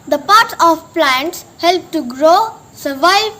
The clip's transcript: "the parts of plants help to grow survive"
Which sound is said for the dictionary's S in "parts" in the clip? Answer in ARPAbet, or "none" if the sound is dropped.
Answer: none